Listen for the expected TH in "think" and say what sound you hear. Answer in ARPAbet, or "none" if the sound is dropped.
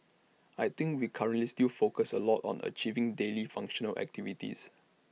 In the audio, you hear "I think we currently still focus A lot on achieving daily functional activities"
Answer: T